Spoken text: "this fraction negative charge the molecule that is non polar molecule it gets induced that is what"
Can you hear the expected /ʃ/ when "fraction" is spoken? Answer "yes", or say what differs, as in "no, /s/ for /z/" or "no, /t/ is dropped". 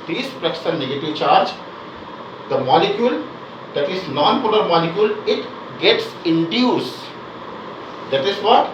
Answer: no, /s/ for /ʃ/